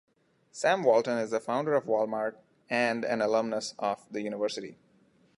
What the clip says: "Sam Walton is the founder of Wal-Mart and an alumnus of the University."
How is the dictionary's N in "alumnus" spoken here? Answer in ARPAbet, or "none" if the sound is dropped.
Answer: N